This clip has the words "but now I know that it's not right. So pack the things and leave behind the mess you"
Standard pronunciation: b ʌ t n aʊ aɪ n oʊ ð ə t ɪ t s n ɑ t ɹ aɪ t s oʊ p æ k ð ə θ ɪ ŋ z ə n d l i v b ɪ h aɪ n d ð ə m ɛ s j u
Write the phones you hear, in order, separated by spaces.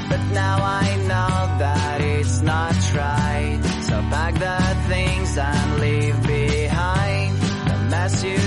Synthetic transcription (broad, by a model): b ʌ t n aʊ aɪ n oʊ ð ə t ɪ t s n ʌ t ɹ aɪ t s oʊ b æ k ð ə θ ɪ ŋ z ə n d l i v b ɪ h aɪ n d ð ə m ɛ s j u